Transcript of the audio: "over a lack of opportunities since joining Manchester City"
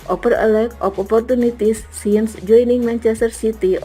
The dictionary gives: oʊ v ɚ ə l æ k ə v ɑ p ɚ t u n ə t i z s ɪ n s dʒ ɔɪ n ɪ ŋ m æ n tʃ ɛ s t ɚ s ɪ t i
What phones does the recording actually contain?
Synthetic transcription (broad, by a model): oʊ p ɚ ə l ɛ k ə p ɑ p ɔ t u n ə t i s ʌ n s dʒ ɔɪ n ɪ ŋ m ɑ n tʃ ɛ s t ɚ s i t i